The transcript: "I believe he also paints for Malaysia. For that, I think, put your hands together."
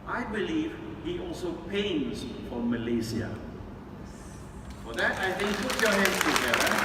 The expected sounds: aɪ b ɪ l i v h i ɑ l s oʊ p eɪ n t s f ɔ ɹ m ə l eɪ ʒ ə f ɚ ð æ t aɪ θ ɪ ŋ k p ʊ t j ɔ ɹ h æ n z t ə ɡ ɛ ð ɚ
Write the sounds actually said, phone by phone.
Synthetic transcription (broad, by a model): aɪ b ɪ l i v h i ɑ l s oʊ p eɪ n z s f ɔ ɹ m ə l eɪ s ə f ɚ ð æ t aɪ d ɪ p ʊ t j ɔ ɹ h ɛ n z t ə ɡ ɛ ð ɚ